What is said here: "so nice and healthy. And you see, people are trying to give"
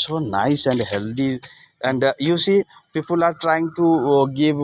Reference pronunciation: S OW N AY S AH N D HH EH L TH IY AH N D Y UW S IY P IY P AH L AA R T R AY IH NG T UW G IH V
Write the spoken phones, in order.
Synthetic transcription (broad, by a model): S OW N AY S AH N D HH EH L T IY AH N D Y UW S IY P IY P AH L AA R T R AY IH NG T UW G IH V